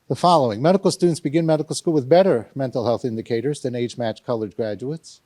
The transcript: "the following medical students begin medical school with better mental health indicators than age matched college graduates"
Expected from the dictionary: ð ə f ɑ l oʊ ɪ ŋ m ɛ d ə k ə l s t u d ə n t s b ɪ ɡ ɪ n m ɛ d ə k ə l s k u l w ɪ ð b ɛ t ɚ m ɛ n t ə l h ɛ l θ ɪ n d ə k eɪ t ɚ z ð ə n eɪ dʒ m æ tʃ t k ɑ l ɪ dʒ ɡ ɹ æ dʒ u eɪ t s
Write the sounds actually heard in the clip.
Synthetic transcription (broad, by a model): ð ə f ɑ l oʊ ɪ ŋ m ɛ d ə k l s t u d n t s b ɪ ɡ ɪ n m ɛ d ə k l s k u l w ɪ ð b ɛ t ɚ m ɛ n t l h ɛ l θ ɪ n d ə k eɪ t ɚ z ð ə n eɪ dʒ m æ tʃ k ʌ l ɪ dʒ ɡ ɹ æ dʒ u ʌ t s